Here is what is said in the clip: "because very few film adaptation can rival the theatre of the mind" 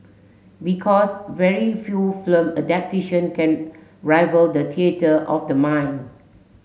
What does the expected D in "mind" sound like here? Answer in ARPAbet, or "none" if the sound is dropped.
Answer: none